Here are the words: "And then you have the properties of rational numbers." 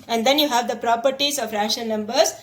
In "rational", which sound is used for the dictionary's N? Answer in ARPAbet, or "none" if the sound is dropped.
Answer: none